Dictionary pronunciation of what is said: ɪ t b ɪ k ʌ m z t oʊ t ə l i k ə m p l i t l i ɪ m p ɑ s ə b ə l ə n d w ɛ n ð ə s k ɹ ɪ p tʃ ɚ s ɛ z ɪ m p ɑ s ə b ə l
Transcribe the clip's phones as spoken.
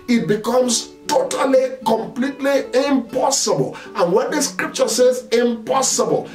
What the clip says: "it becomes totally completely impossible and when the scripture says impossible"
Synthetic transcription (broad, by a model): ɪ t b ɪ k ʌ m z t oʊ t ə l i k ə m p l i t l i ɪ m p ɑ s ə b ə l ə n w ɛ n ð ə s k ɹ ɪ p tʃ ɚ s ɛ z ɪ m p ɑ s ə b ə l